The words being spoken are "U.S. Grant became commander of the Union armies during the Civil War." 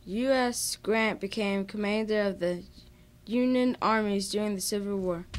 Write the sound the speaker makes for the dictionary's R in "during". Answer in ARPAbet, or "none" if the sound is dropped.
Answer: R